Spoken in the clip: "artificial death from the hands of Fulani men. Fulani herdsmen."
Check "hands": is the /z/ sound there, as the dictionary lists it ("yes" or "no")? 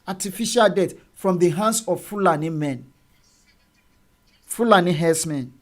no